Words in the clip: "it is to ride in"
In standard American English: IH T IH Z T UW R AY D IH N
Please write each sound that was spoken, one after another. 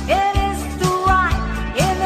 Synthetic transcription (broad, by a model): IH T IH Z T UW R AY IH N